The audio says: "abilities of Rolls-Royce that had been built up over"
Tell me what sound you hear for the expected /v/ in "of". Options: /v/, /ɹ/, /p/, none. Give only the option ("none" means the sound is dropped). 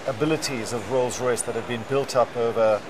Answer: /v/